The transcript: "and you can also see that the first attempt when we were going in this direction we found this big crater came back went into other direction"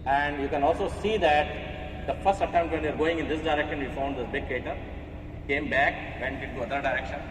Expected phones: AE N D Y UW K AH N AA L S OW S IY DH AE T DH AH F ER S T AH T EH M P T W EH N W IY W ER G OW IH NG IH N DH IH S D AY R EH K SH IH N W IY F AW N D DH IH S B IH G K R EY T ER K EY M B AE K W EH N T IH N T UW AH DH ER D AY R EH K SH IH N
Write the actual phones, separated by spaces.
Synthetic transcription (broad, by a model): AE N D Y UW K AH N AA L S OW S IY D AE T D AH F ER S T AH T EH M T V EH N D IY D G OW IH NG IH N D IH S D AY R EH K SH IH N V IY F AW N D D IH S B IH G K EY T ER K EY M B AE K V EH N T IH N T UW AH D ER D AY R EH K SH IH N